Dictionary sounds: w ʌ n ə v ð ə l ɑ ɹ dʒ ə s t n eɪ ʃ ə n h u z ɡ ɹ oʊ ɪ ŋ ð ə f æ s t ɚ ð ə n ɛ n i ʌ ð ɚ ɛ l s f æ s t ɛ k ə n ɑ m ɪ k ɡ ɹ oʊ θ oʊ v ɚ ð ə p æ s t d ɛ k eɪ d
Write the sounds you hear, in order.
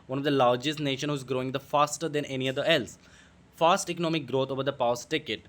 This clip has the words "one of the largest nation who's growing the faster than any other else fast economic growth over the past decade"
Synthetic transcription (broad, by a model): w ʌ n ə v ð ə l ɑ ɹ dʒ ə s t n eɪ ʃ ə n h u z ɡ ɹ oʊ ɪ ŋ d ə f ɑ s t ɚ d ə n ɛ n i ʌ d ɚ ɛ l s f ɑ s t ɛ k ə n ɑ m ɪ k ɡ ɹ oʊ t oʊ v ɚ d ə p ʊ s t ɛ k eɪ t